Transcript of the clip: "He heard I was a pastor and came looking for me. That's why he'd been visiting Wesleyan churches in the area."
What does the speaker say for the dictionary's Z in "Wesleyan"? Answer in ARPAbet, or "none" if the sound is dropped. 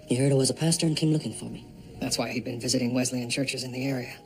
Z